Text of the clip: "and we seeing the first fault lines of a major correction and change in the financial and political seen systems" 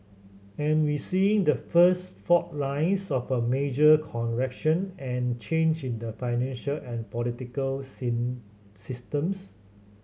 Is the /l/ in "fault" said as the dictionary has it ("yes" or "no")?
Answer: no